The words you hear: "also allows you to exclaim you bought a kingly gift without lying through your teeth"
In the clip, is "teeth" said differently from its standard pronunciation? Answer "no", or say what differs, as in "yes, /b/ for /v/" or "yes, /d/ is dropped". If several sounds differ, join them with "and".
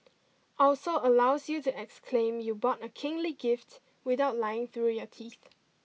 no